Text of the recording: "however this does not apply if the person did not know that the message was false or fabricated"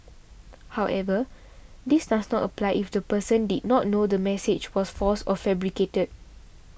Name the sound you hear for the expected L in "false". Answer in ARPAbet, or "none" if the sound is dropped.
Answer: none